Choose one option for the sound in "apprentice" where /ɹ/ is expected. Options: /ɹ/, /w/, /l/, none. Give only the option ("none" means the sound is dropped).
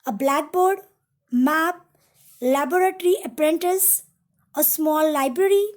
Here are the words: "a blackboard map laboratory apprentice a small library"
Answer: /ɹ/